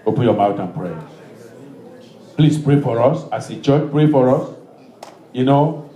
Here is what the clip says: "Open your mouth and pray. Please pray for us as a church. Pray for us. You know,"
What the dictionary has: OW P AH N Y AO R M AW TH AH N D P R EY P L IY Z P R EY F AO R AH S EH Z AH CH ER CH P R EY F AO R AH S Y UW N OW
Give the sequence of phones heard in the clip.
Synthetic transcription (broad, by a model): OW P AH N Y AO M AW T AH N P R EY P L IY S P R EY F AO R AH S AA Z AH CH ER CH P R EY F AO R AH S Y UW N OW